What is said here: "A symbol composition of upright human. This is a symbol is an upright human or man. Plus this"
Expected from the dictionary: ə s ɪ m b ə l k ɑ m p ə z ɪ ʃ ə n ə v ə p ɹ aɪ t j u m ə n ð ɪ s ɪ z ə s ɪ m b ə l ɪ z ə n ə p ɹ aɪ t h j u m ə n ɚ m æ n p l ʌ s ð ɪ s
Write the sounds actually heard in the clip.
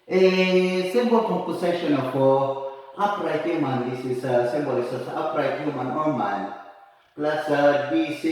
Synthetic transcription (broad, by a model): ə s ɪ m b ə l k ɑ p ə s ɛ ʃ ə n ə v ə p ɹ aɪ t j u m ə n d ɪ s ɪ s ə s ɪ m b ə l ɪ s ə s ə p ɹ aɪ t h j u m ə n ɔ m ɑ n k l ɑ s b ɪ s